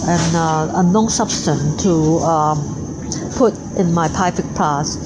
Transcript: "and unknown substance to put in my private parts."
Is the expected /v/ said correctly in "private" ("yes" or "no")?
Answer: no